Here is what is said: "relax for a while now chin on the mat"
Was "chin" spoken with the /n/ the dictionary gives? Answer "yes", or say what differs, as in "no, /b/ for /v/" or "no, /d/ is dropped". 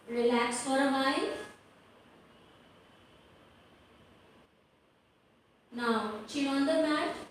no, /n/ is dropped